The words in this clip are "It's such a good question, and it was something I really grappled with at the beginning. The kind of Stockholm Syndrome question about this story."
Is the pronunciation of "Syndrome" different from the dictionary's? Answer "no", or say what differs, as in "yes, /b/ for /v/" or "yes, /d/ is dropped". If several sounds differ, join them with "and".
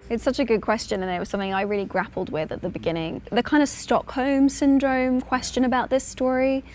no